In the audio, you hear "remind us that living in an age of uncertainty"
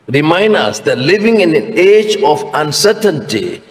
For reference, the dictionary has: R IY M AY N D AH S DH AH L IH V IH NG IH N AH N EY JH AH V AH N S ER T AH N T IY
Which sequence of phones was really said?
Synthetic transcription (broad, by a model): R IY M AY N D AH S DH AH L IH V IH NG IH N AH N EY JH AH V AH N S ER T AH N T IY